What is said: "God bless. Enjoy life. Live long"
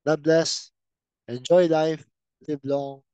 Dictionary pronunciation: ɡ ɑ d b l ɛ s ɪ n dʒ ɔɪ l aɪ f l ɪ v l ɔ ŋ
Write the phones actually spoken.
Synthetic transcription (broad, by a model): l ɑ b l ɛ s ɪ n dʒ ɔɪ l aɪ f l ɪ b l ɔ